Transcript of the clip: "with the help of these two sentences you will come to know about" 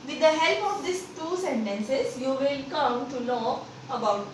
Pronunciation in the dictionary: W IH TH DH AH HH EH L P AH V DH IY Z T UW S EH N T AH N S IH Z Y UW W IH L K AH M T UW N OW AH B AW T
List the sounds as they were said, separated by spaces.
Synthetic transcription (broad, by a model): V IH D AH HH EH L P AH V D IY S T UW S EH N T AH N S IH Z Y UW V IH L K AH M T UW L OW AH B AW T